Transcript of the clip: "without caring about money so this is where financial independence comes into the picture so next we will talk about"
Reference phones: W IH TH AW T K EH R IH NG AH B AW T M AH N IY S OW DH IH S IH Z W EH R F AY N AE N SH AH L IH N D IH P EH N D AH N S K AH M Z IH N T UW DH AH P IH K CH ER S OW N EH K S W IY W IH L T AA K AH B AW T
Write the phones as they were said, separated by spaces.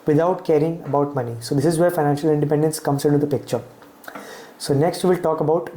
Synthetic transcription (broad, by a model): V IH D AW T K EH R IH NG AH B AW T M AH N IY S OW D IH S IH Z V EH R F AY N AE N SH AH L IH N D IH P EH N D AH N S K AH M S IH N T UW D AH P IH K CH ER S OW N EH K S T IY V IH L T AA K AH B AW T